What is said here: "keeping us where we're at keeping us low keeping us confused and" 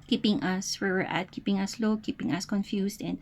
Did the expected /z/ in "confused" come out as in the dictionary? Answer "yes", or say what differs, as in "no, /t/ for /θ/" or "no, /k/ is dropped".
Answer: no, /s/ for /z/